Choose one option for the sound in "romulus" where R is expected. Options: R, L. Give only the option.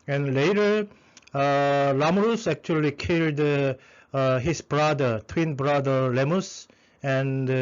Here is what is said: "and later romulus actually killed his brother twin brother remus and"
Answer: L